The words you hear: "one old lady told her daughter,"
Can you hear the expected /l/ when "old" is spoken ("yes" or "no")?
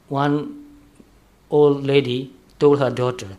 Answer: yes